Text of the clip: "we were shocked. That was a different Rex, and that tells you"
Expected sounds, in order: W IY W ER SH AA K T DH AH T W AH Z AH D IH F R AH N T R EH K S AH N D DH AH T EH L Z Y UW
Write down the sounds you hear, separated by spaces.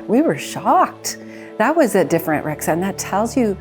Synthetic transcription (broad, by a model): W IY W ER SH AA K T DH AH T W AH Z AH D IH F R AH N T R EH K S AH N DH AH T EH L Z Y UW